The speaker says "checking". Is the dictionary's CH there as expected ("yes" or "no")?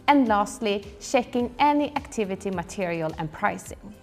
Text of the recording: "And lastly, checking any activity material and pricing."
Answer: no